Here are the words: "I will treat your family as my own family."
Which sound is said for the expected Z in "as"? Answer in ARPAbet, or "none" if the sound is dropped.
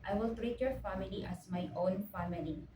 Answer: S